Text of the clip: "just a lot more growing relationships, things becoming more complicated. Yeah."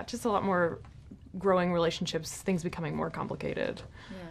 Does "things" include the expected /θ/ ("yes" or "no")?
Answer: yes